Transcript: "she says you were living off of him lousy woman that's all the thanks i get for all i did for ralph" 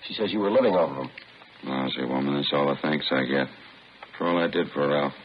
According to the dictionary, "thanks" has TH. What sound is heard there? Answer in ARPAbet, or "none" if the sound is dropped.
TH